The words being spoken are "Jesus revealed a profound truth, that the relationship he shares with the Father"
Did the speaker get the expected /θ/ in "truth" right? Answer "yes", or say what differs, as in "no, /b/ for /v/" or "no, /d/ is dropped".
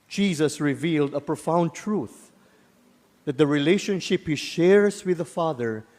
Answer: yes